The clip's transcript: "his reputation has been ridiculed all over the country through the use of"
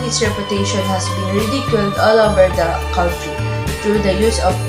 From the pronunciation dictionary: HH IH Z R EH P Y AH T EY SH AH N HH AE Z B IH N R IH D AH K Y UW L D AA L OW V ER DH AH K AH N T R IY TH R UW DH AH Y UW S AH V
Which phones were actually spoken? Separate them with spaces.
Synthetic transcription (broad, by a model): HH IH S R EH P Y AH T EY SH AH N HH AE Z B IH N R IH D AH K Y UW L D AA L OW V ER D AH K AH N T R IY T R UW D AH Y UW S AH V